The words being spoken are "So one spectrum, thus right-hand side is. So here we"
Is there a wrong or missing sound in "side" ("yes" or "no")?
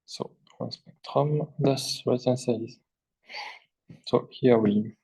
yes